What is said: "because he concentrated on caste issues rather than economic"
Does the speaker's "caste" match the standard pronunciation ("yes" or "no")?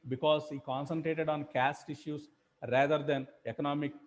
yes